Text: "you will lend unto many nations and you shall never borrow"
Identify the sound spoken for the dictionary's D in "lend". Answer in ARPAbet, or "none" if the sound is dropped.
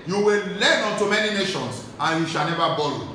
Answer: none